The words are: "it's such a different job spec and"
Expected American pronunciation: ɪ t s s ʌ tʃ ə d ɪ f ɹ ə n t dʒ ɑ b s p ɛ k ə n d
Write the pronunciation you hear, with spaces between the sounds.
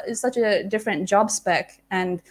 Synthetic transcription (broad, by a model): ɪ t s s ʌ tʃ ə d ɪ f ɹ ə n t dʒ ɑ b s p ɛ k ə n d